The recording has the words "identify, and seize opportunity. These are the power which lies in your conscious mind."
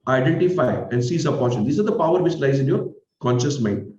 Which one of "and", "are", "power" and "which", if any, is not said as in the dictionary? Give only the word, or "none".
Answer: which